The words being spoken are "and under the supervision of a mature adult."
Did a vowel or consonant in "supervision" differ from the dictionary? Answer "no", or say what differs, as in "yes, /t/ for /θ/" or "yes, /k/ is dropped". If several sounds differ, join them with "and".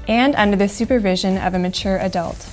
no